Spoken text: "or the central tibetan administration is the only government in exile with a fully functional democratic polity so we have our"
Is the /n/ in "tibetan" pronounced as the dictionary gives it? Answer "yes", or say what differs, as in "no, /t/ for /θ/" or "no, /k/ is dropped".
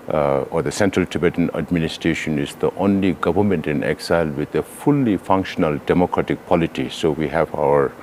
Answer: yes